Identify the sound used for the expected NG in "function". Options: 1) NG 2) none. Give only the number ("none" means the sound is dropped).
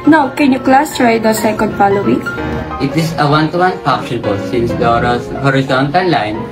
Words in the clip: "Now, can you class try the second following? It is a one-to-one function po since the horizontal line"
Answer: 2